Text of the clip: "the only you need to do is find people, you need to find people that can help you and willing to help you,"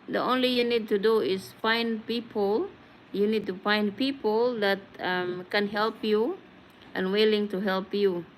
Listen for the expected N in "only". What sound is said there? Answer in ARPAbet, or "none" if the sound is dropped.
N